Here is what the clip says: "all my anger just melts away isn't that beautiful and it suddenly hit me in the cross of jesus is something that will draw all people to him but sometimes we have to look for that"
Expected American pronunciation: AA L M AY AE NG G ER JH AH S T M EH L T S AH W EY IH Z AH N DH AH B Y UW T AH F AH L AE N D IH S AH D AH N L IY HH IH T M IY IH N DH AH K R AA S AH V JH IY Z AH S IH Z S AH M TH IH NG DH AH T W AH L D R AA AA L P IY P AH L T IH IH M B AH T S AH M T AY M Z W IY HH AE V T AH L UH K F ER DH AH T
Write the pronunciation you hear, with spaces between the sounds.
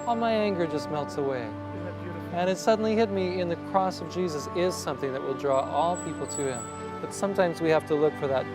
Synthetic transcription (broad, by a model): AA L M AY AE NG G ER JH AH S T M EH L T S AH W EY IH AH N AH T S AH D N L IY HH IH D M IY IH N DH AH K R AA S AH V JH IY Z AH S IH Z S AH M TH IH NG DH AH T W AH L D R AA AA L P IY P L T IH IH M B AH T S AH M T AY M Z W IY HH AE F T AH L UH K F ER DH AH T